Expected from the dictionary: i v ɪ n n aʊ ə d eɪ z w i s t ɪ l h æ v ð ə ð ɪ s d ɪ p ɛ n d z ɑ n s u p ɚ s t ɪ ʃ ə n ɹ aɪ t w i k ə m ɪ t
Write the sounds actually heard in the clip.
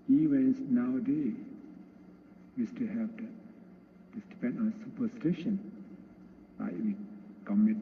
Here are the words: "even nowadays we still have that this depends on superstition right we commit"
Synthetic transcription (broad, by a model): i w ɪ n n aʊ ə d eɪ w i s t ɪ h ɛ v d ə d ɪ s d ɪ p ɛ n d ɑ n s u p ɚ s t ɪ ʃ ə n l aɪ w i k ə m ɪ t